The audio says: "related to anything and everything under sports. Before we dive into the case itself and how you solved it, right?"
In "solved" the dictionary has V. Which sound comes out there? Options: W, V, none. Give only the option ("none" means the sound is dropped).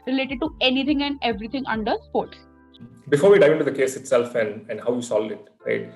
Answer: none